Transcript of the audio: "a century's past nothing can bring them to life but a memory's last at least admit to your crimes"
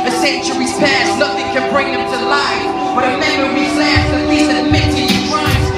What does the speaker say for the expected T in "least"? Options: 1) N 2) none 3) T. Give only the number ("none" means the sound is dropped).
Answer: 2